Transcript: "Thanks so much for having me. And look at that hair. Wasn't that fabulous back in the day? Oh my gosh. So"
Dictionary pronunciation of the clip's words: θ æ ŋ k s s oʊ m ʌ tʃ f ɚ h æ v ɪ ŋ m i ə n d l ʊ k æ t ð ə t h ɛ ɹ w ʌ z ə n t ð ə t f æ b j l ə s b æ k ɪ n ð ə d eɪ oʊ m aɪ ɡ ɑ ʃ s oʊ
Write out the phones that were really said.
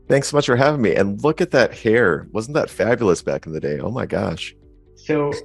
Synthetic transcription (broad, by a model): θ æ ŋ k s s oʊ m ʌ tʃ f ɚ h æ v ɪ ŋ m i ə n l ʊ k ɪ t ð ə t h ɛ ɹ w ʌ z n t ð ə t f æ b j l ə s b æ k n ð ə d eɪ oʊ m aɪ ɡ ɑ ʃ s oʊ